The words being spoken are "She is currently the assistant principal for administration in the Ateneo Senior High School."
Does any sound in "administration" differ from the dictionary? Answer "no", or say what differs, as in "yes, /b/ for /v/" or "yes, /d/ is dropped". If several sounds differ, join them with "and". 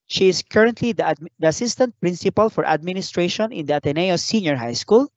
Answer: no